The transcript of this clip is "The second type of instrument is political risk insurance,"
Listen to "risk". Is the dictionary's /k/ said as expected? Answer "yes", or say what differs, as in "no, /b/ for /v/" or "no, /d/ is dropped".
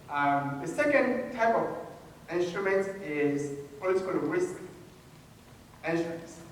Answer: yes